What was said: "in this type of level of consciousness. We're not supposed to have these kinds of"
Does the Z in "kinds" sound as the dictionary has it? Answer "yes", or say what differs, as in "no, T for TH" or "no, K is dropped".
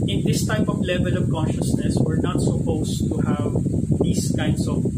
no, S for Z